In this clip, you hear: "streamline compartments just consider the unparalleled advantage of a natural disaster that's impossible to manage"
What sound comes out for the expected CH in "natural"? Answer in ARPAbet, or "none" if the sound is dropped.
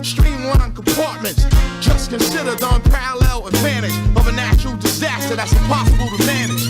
SH